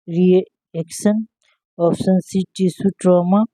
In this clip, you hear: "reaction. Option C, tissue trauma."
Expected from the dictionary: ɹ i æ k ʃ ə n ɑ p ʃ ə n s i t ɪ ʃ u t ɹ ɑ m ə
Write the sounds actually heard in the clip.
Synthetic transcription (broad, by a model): ɹ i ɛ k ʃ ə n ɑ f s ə n s i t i s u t ɹ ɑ m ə